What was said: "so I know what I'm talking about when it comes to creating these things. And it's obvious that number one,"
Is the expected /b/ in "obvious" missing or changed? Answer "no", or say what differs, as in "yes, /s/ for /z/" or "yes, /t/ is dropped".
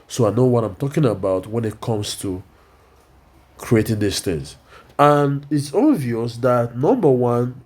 yes, /b/ is dropped